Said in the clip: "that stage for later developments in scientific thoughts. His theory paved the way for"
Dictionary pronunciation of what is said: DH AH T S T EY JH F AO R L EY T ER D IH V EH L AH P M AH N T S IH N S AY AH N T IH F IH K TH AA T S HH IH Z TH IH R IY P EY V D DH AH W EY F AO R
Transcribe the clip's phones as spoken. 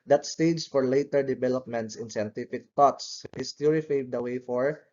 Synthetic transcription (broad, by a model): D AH T S T EY JH F AO R L EY T ER D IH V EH L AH P M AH N T S IH N S AY AH N T IH F IH K T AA T S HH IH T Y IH R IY F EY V D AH W EY F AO R